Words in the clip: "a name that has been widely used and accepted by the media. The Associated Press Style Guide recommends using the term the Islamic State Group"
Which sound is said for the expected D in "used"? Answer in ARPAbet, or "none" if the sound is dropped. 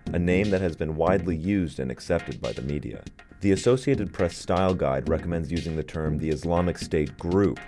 D